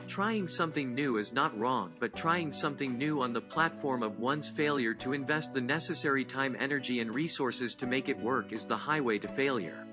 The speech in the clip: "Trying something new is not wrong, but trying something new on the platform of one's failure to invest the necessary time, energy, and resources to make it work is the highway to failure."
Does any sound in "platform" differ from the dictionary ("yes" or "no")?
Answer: no